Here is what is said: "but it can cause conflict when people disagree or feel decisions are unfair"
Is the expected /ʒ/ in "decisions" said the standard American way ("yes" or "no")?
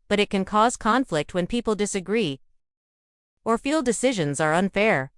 yes